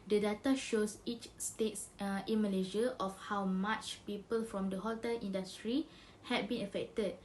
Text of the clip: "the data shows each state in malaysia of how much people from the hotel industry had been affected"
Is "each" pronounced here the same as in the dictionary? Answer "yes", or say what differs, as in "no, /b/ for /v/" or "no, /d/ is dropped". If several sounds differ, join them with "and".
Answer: yes